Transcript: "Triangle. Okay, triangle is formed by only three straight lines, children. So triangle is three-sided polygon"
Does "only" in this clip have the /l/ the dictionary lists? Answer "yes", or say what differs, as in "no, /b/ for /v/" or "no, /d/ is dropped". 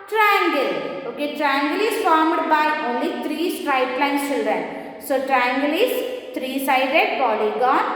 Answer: yes